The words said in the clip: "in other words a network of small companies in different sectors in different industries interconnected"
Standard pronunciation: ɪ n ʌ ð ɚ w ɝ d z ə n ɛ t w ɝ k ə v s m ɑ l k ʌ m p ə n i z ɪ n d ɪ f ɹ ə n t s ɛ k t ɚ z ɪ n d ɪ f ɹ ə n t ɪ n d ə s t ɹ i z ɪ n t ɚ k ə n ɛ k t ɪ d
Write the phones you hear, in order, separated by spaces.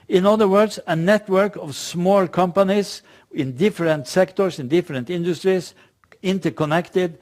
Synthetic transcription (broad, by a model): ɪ n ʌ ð ɚ w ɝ d s ə n ɛ t w ɝ k ə v s m ɑ l k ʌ m p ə n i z ɪ n d ɪ f ɹ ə n t s ɛ k t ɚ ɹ ɪ n d ɪ f ɹ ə n t ɪ n d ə s t ɹ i s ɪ n t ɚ k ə n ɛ k t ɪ d